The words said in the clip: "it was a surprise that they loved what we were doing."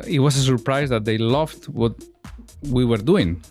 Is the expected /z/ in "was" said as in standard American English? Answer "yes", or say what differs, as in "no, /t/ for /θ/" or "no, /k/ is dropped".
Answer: no, /s/ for /z/